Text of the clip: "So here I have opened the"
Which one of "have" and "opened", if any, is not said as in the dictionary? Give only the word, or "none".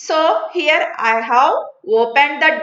have